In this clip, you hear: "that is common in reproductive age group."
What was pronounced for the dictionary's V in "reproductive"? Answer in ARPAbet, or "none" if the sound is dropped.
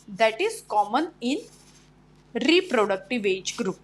V